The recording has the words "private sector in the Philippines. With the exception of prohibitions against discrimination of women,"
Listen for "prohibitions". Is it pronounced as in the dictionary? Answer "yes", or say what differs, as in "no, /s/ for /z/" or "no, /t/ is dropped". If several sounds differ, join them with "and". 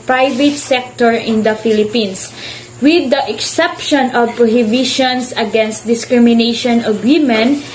no, /s/ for /z/